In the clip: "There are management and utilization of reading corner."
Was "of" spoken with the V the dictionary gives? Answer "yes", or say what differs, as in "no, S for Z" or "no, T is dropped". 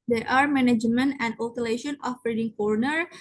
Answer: no, B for V